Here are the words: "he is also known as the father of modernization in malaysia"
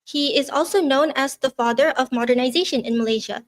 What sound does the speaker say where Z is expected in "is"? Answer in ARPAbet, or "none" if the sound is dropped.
Z